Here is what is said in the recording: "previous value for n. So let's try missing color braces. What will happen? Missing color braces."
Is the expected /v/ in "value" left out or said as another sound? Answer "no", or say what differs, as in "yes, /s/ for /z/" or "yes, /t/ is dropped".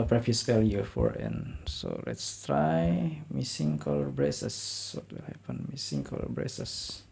yes, /f/ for /v/